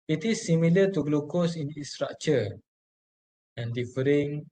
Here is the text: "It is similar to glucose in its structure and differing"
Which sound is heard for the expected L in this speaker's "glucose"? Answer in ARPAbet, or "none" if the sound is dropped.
L